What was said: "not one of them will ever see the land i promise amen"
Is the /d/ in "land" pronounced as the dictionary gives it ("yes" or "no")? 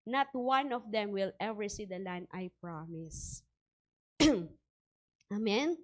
no